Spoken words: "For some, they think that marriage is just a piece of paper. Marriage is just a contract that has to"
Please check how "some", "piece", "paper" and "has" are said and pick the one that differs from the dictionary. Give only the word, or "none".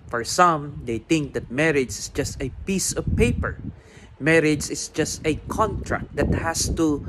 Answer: has